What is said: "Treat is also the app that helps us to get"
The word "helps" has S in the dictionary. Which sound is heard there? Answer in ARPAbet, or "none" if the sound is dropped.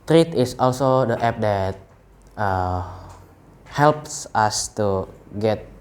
S